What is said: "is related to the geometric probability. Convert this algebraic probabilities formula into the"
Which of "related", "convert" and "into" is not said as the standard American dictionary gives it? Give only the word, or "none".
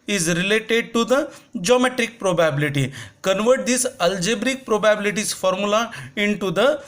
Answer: none